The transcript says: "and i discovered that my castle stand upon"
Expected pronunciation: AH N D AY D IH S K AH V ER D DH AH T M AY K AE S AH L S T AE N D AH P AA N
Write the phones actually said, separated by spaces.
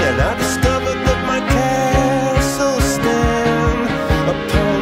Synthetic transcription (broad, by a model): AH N AY D IH S K AH V ER D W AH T M AY K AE S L S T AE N AH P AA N